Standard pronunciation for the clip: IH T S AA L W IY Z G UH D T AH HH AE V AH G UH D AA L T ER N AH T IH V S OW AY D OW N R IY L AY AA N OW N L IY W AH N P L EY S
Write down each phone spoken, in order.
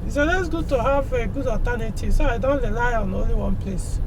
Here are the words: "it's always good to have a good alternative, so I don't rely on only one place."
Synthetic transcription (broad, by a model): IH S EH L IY S G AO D T AH HH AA V AH G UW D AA T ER N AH T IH S OW AY D OW N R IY L AY AA N OW N L IY W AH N P L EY S